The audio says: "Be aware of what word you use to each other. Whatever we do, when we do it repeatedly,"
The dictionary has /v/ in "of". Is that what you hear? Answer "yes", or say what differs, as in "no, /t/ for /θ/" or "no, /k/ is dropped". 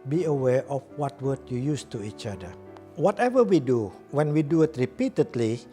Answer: no, /f/ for /v/